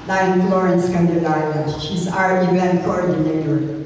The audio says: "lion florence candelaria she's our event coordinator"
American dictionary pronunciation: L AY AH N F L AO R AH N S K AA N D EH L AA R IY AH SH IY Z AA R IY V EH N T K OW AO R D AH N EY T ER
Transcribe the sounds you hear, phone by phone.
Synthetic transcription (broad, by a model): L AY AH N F L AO R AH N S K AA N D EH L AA IY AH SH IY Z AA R IY V EH N T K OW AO R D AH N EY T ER